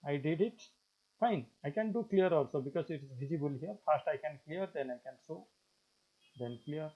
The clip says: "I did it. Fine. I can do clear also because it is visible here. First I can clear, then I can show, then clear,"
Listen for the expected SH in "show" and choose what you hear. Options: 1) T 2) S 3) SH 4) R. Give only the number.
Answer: 2